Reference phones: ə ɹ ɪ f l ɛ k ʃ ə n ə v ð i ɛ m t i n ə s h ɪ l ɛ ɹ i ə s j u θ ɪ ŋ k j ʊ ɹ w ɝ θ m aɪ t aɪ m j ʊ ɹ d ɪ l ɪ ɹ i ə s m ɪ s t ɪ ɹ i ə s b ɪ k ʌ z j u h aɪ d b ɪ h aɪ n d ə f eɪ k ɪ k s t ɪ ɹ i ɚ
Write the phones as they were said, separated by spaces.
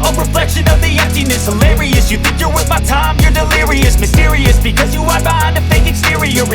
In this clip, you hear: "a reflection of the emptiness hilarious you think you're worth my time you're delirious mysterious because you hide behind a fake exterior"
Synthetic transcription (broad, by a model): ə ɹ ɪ f l ɛ k ʃ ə n ə v ð i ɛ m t i n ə s h ɪ l ɛ ɹ i ə s j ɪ θ ɪ ŋ k j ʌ ɹ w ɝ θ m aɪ t aɪ m j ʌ ɹ d ɪ l ɪ ɹ i ə s m ɪ s t ɪ ɹ i ə s b ɪ k ʌ z j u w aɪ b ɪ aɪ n ə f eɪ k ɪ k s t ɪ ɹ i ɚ